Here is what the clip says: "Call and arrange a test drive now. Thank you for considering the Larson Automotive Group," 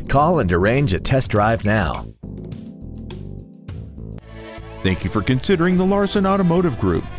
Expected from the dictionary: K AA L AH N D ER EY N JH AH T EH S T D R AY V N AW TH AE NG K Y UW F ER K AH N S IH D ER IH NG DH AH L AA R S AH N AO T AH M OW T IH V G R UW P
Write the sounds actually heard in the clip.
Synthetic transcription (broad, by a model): K AA L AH N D ER EY N JH AH T EH S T D R AY V N AW TH AE NG K Y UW F ER K AH N S IH D ER IH NG DH AH L AA R S AH N AO T AH M OW T IH V G R UW P